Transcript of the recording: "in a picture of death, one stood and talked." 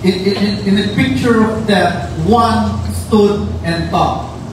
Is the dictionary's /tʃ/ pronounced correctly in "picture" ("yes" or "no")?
yes